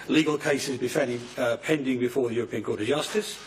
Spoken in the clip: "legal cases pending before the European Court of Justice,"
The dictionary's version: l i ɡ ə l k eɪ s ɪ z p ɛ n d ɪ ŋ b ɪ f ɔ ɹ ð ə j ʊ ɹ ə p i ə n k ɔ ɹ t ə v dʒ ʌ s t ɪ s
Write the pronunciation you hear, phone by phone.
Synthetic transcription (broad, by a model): l i ɡ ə l k eɪ s ɪ z p ɛ n d ɪ ŋ b ɪ f ɔ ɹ ð ə j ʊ ɹ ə p i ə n k ɔ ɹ t ə v dʒ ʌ s t ɪ s